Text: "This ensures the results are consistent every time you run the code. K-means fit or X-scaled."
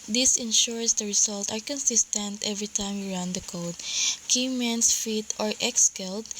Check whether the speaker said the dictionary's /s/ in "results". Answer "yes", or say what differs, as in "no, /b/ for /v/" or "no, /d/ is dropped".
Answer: no, /s/ is dropped